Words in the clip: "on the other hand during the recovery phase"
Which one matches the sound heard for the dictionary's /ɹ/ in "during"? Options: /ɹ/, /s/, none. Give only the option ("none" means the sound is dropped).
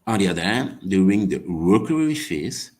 none